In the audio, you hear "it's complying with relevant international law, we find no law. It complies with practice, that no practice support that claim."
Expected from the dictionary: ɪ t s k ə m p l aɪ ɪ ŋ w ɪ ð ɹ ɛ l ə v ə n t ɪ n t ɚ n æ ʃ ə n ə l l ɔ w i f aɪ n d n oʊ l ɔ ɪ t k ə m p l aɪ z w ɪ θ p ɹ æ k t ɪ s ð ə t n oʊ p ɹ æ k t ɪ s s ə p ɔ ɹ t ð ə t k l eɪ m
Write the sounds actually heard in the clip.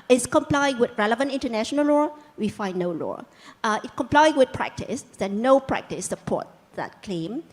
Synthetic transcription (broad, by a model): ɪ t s k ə m p l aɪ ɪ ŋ w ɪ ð ɹ ɛ l ə v ə n t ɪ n t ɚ n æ ʃ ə n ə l l ɔ w i f aɪ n n oʊ l ɔ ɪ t k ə m p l aɪ w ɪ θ p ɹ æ k t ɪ s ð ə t n oʊ p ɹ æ k t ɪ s s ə p ɔ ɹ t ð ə t k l eɪ m